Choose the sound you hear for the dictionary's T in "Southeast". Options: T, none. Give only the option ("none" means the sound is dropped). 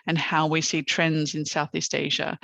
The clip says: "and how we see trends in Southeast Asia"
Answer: T